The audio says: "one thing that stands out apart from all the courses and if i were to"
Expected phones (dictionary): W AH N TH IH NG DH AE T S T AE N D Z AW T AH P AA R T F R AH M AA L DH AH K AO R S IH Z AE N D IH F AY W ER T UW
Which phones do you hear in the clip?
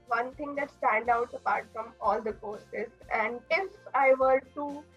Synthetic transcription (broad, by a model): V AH N T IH NG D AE T S T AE N D AW T AH P AA R T F R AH M AA L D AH K AO R S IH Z AE N D IH F AY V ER T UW